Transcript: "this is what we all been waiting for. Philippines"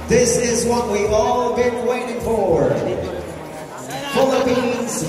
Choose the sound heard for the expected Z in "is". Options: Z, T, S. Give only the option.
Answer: Z